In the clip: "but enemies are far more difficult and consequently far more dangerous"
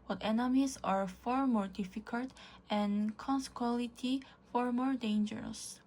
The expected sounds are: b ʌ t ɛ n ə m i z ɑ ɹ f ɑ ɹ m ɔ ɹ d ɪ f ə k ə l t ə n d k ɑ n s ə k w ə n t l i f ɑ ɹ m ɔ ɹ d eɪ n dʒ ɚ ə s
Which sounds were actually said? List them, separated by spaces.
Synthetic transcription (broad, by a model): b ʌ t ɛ n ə m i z ɑ ɹ f ɑ ɹ m ɔ ɹ d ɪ f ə k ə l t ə n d k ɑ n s k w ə l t i f ɑ ɹ m ɔ ɹ d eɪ n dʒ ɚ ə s